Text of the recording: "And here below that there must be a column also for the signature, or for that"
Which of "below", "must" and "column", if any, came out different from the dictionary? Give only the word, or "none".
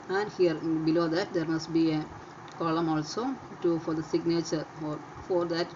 none